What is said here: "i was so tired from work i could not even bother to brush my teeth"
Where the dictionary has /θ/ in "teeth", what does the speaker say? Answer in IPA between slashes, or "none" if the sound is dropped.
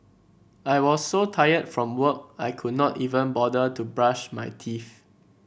/f/